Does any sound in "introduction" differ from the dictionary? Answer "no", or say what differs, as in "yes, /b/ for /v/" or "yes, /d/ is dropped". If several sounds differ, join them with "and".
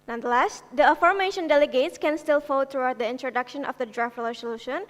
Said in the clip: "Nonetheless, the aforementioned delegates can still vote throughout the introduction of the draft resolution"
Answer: no